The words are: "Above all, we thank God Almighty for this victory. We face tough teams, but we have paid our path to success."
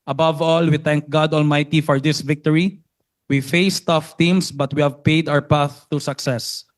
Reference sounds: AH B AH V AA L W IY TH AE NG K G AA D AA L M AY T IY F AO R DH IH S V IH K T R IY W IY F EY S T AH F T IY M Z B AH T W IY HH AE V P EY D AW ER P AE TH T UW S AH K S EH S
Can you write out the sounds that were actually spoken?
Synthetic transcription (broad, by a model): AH B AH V AA L W IY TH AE NG K G AA D AA L M AY T IY F AO R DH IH S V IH K T R IY W IY F EY S T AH F T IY M S B AH T W IY HH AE V P EY D AW ER P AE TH T UW S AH K S EH S